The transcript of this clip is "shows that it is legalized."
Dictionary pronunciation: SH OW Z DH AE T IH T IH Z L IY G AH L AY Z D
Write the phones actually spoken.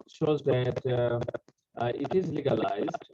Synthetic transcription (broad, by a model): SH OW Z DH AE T IH T IH Z L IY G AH L AY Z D